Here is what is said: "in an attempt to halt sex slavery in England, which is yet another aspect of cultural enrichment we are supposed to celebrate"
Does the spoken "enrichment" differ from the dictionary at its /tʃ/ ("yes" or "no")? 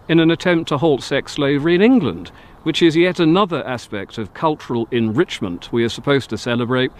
no